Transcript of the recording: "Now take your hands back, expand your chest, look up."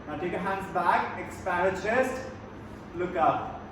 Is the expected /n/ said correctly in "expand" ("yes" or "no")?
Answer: no